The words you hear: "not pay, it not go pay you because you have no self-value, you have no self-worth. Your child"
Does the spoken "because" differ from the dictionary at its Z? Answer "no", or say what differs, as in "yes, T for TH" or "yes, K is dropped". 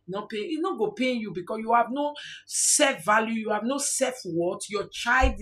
yes, S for Z